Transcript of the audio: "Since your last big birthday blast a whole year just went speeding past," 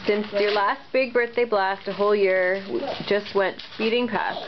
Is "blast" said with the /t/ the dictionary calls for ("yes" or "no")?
yes